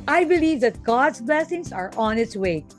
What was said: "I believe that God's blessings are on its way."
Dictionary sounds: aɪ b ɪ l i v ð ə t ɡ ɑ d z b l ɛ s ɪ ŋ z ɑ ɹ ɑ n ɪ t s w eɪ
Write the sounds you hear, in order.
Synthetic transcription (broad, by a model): aɪ b ɪ l i v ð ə t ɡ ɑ d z b l ɛ s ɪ ŋ s ɑ ɹ ɑ n ɪ t s w eɪ